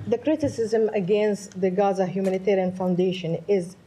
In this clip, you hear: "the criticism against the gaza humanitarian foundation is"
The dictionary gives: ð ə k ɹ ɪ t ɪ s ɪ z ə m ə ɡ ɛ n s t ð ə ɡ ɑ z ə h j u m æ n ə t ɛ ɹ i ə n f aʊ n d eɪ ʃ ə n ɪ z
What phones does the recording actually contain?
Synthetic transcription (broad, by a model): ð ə k ɹ ɪ t ɪ s ɪ z ə m ə ɡ ɛ n s t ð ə ɡ ɑ z ə h j u m æ n ə t ɛ ɹ i ə n f aʊ n d eɪ ʃ ə n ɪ z